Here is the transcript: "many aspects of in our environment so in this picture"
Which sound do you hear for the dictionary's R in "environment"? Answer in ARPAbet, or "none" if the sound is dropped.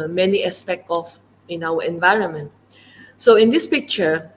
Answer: R